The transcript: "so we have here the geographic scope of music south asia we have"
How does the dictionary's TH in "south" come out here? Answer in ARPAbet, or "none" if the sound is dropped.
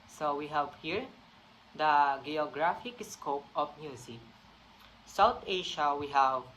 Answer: T